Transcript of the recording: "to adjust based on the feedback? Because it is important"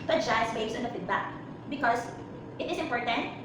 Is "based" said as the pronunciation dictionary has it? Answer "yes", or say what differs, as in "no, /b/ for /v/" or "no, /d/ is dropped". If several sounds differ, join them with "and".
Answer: no, /t/ is dropped